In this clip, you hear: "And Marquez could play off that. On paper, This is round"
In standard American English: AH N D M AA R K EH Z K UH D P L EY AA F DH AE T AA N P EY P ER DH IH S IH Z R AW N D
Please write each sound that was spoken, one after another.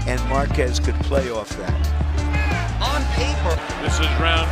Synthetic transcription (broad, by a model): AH N M AA R K EH Z K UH D P L EY AA F DH AE T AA N P EY P ER DH IH S IH Z R AW N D